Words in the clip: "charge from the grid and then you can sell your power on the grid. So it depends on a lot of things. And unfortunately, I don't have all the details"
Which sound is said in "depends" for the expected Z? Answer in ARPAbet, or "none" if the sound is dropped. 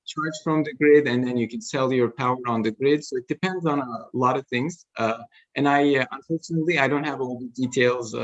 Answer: Z